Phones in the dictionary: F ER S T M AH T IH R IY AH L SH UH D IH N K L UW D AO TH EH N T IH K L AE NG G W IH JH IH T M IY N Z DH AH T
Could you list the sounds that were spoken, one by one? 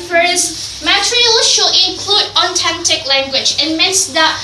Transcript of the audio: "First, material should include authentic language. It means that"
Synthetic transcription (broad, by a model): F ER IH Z M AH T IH R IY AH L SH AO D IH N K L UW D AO T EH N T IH K L AE NG G W IH JH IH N M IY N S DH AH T